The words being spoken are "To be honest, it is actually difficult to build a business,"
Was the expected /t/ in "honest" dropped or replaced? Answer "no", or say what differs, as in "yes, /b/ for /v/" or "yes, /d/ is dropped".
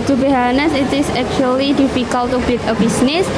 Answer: yes, /t/ is dropped